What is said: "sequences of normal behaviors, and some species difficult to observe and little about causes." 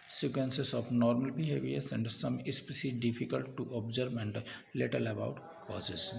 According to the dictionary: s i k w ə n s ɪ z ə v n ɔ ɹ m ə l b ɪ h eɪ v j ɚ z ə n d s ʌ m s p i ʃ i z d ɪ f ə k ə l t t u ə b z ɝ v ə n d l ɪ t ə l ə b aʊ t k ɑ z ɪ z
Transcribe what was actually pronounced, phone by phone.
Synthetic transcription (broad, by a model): s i k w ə n s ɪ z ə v n ɔ ɹ m ə l b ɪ h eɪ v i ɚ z ə n d s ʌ m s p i s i d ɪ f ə k ə l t t u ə b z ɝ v ə n d l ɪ t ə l ə b aʊ t k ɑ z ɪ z